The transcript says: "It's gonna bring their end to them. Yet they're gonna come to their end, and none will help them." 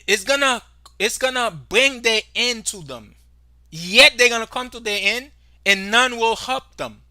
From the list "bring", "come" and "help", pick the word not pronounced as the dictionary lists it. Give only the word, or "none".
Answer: none